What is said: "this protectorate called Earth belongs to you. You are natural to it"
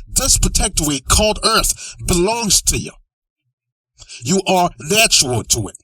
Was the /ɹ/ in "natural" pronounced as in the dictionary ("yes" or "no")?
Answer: no